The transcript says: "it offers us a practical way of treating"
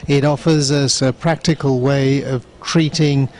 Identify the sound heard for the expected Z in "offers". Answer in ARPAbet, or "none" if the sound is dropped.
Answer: Z